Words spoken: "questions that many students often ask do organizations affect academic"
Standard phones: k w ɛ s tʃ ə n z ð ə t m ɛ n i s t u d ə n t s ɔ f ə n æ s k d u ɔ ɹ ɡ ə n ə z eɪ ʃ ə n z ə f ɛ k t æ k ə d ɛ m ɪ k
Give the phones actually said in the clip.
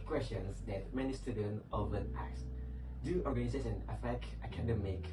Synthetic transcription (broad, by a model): k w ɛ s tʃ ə n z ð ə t m ɛ n i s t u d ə n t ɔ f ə n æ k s d u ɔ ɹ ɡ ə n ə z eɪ s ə n ə f ɛ k t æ k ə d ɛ m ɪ k